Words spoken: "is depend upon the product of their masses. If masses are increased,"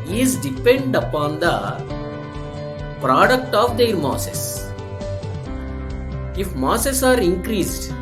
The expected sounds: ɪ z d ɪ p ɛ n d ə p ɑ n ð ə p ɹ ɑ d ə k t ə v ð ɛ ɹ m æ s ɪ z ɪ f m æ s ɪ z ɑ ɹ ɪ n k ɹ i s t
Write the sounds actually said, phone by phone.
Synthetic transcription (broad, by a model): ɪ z d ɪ p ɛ n d ə p ɑ n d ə p ɹ ɑ d ə k t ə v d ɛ ɹ m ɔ s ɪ s ɪ f m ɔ s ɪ s ɑ ɹ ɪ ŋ k ɹ i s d